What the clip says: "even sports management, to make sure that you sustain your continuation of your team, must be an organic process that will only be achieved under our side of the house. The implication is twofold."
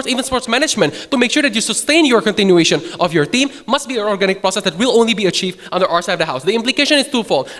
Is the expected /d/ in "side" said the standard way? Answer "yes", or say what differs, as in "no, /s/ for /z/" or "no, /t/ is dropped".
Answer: no, /d/ is dropped